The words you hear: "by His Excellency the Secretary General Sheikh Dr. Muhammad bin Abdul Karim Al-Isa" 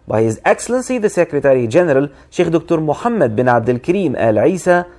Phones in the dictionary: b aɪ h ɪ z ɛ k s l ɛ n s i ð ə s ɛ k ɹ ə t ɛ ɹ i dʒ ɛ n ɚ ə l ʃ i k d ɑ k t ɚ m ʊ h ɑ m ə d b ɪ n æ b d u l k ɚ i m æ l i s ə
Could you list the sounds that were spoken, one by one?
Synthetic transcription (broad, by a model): b aɪ h ɪ z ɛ k s l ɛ n s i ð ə s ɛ k ɹ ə t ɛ ɹ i dʒ ɛ n ɚ ə l ʃ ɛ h d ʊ k t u m ʊ h ɑ m ə d b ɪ n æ b d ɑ l k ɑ i m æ l i s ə